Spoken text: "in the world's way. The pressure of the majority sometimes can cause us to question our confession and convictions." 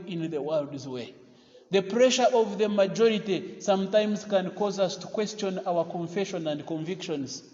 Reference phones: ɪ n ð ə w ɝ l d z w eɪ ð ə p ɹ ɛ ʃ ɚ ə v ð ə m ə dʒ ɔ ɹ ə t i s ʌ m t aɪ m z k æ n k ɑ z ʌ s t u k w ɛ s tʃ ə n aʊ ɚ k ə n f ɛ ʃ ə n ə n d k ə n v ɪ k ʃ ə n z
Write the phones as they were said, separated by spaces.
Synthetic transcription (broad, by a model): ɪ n ð ə w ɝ l d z w eɪ ð ə p ɹ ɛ ʃ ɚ ə v ð ə m ə dʒ ɔ ɹ ə t i s ʌ m t aɪ m z k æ n k ɑ z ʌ s t u k w ɛ s tʃ ə n aʊ ɚ k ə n f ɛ ʃ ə n ə n d k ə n v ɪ k ʃ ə n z